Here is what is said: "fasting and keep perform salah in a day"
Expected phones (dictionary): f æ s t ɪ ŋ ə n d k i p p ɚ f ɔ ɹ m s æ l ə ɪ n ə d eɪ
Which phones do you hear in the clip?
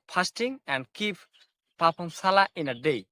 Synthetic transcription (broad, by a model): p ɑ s t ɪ ŋ ə n d k i p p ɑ p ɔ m s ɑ l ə ɪ n ə d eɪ